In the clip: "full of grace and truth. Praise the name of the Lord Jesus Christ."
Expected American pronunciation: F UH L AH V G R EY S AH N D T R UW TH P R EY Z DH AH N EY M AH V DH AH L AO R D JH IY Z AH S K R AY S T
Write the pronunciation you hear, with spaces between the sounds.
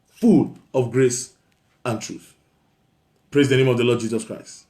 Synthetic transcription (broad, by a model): F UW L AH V G R EY S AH N T R UW TH P R EY Z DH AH N EY M AH V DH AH L AO D JH IY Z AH S K R AY S T